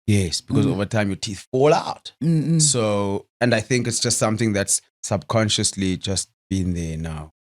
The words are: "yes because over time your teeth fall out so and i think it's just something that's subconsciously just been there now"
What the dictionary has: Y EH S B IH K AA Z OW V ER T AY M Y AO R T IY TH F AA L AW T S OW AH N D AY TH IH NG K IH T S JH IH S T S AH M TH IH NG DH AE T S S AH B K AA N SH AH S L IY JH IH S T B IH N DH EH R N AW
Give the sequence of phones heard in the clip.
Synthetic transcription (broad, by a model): Y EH S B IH K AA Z OW V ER T AY M Y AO T IY TH F AA L AW T S OW AH N D AY TH IH NG K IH T S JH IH S T S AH M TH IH NG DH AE T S S AH B K AA N SH AH S L IY JH IH S T B IH N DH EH N AW